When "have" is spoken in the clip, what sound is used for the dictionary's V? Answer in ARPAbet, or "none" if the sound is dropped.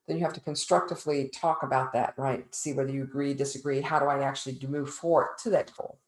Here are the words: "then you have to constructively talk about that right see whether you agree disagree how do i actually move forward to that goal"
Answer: F